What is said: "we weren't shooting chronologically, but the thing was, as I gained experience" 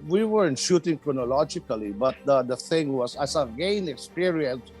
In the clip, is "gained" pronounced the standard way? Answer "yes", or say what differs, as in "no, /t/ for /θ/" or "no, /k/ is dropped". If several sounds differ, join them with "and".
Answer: no, /d/ is dropped